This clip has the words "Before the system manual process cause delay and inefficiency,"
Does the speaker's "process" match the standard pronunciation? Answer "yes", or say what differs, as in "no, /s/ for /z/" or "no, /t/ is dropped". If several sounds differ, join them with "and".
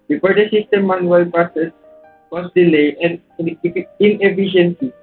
no, /ɹ/ is dropped